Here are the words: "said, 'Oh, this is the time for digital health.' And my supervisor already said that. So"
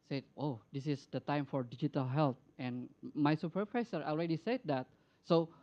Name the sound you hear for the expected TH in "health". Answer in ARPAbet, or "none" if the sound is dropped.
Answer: T